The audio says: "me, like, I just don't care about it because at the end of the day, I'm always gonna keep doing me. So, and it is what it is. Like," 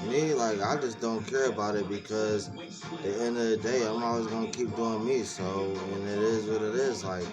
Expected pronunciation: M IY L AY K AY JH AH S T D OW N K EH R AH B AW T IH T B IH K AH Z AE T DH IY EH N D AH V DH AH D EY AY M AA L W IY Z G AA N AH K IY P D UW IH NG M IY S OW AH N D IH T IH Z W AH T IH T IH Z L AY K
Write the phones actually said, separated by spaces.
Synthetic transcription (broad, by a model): M IY L AY K AY JH AH S D OW N K EH R AH B AW T IH T B IH K AH Z DH IY EH N D AH V DH AH D EY AY M AA L W IY Z G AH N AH K IY P D UW IH NG M IY S OW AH N IH T IH Z W AH T IH T IH Z L AY K